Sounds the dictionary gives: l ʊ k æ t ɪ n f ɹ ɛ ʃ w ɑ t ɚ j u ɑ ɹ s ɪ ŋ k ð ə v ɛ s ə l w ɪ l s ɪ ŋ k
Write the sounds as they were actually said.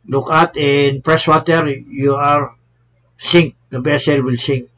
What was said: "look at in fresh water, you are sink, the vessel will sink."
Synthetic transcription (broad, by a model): l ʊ k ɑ t ɪ n p ɹ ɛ s w ɑ t ɚ j u ɑ ɹ s ɪ ŋ k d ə b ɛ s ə l w ɪ l s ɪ ŋ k